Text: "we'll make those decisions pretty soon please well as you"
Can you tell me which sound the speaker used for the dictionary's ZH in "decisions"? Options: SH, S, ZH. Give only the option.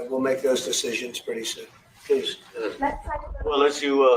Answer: ZH